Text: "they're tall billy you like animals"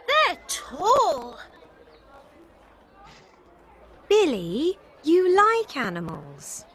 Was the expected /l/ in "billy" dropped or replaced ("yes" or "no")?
no